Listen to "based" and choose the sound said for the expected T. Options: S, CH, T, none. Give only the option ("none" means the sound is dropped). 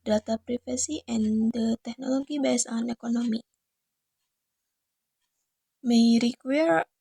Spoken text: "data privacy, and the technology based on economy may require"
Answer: none